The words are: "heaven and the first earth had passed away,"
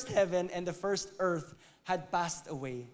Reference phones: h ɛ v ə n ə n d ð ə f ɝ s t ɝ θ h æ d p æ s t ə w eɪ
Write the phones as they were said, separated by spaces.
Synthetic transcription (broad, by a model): h ɛ v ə n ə n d ð ə f ɝ s t ɝ θ h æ d p æ s t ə w eɪ